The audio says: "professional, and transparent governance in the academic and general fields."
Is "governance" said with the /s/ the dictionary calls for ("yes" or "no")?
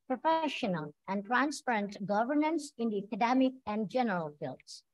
yes